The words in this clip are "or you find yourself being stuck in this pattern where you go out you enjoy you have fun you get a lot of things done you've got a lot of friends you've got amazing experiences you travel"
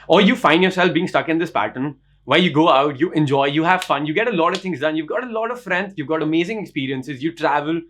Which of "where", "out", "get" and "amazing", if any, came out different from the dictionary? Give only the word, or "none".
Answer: where